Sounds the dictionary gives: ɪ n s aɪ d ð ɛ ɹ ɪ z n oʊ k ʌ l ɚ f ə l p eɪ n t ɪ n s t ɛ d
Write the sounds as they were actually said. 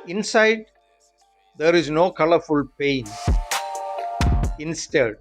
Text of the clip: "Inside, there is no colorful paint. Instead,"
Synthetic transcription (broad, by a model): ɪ n s aɪ d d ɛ ɹ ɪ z n oʊ k ʌ l ɚ f ə l p eɪ n ɪ n s t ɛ d